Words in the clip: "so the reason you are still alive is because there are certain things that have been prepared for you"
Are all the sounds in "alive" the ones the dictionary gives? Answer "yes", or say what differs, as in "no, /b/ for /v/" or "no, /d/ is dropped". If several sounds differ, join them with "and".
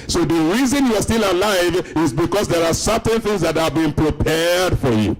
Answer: yes